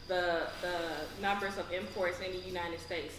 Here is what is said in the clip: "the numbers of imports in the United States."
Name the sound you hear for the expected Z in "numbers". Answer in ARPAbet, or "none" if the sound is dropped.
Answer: Z